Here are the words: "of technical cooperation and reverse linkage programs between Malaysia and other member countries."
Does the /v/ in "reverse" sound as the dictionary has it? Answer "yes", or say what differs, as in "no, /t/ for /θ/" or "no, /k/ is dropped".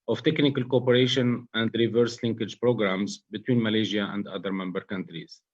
yes